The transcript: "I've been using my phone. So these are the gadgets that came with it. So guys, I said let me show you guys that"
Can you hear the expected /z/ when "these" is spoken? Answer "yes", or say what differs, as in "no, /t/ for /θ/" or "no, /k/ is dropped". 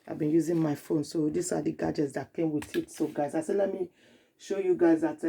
no, /s/ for /z/